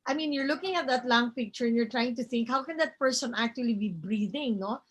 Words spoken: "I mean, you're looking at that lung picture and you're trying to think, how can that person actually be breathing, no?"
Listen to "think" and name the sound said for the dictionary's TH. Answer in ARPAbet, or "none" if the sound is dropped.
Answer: TH